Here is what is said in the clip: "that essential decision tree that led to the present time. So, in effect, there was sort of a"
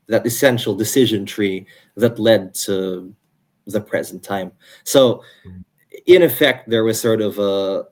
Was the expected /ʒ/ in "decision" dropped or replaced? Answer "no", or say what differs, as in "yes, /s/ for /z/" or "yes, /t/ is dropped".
no